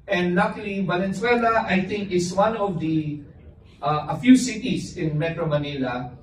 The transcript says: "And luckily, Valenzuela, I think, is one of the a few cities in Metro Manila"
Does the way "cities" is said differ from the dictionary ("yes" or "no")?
yes